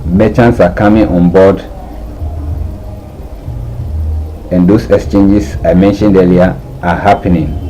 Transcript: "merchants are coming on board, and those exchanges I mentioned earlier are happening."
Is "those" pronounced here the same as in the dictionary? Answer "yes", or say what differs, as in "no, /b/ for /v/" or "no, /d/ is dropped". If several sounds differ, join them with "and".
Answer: no, /s/ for /z/